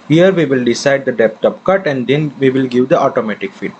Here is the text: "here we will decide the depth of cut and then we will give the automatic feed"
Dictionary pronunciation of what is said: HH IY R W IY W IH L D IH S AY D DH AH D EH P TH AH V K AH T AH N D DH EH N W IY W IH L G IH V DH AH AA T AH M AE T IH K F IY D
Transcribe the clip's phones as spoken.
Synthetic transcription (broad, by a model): HH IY R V IY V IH L D IH S AY D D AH D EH P T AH P K AH T AH N D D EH N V IY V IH L G IH V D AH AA T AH M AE T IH K F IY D